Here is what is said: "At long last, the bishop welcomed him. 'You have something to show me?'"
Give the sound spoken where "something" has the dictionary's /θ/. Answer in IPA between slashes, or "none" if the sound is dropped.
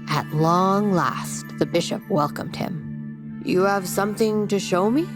/θ/